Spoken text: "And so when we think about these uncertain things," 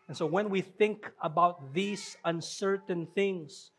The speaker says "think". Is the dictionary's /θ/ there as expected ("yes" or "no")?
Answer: yes